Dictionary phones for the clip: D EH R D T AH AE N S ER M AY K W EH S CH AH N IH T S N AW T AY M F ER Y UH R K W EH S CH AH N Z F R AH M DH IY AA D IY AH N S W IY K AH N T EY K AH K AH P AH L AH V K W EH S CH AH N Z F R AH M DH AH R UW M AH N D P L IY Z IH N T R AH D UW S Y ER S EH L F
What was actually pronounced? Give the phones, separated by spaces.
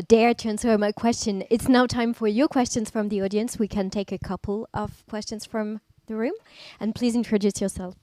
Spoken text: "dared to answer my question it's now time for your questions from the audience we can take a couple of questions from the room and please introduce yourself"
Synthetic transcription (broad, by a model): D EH R T AH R N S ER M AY K W EH S CH AH N IH T S N AW T AY M F ER Y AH R K W EH S CH AH N Z F R AH M DH IY AA D IY AH N S W IY K AH N T EY K AH K AH P L AH V K W EH S CH AH N Z F R AH M DH AH R UW M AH N P L IY Z IH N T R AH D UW S Y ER S EH L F